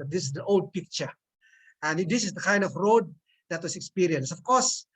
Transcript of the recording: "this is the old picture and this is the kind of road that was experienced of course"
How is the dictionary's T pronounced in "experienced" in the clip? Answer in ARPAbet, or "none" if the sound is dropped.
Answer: none